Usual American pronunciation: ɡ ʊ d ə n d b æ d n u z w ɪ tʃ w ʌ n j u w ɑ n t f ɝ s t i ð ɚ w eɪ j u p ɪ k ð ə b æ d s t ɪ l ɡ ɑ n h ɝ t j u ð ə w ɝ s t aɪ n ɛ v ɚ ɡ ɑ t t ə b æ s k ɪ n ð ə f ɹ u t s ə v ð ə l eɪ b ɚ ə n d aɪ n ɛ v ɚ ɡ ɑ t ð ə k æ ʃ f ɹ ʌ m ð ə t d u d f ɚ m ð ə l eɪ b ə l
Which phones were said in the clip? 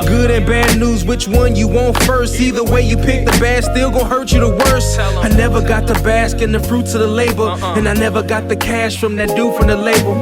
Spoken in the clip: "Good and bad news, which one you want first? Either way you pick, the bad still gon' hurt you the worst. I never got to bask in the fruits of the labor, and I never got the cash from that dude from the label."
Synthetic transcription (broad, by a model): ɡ ʊ d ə n b æ d n u z w ɪ tʃ w ʌ n j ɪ w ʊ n t f ɝ s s i ð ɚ w eɪ j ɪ p ɪ k ð ə b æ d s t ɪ l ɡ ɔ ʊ h ɝ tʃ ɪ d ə w ɝ s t aɪ n ɛ v ɚ ɡ ɑ t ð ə b æ s k ɪ n ð ə f ɹ u t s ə ð ə l eɪ b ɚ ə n aɪ n ɛ v ɚ ɡ ɑ t ð ə k æ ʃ f ɹ ʌ m ð ə t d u f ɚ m ð ə l eɪ b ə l